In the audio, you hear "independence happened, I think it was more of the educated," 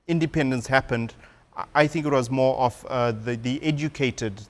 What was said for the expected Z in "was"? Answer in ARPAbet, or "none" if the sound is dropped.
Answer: Z